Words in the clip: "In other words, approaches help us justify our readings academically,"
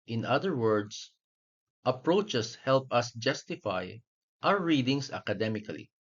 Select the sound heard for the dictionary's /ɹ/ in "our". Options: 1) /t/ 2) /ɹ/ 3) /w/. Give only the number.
3